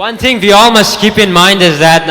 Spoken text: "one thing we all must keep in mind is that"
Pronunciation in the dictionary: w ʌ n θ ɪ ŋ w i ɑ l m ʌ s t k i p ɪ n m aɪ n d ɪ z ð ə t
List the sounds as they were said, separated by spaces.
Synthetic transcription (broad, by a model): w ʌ n θ ɪ ŋ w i ɑ l m ʌ s t k i p ɪ n m aɪ n d ɪ z ð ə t